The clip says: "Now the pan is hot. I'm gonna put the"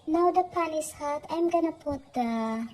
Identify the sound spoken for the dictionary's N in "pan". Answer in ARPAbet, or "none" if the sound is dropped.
L